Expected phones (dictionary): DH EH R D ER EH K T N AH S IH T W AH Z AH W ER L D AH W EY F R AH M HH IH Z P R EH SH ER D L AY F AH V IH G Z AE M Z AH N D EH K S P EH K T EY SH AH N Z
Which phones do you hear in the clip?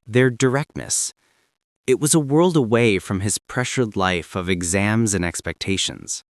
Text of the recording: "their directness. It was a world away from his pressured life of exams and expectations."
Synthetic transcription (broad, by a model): DH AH R D ER EH K T N AH S IH T W AH Z AH W ER L D AH W EY F R AH M IH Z P R EH SH ER D L AY F AH V IH G Z AE M Z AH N EH K S P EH K T EY SH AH N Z